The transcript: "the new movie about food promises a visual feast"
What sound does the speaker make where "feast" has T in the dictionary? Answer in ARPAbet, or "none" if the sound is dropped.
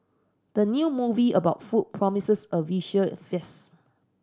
none